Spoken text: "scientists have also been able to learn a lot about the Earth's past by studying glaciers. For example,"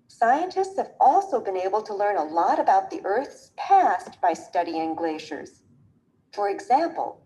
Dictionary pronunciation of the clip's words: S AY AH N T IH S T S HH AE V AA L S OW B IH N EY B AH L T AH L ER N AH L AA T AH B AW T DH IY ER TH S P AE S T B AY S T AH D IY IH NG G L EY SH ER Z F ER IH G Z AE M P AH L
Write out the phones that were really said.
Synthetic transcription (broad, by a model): S AY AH N T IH S T S HH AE V AA L S OW B IH N EY B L T AH L ER N AH L AA T AH B AW T DH IY ER TH S P AE S T B AY S T AH D IY IH NG G L EY SH ER Z F ER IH G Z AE M P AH L